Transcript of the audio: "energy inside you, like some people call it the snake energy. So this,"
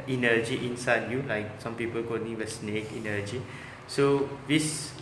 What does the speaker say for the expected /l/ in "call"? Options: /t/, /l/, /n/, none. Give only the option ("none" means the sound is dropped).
/n/